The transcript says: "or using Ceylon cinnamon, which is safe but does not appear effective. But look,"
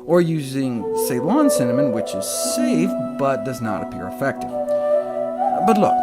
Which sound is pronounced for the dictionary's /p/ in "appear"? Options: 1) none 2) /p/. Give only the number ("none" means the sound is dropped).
2